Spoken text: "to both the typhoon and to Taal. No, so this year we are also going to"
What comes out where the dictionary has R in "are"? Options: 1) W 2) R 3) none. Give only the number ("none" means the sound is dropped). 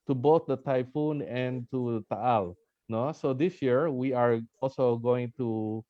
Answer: 2